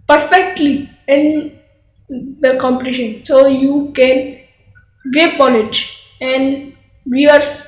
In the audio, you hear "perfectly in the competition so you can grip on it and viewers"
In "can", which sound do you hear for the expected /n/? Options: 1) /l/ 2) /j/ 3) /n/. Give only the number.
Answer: 3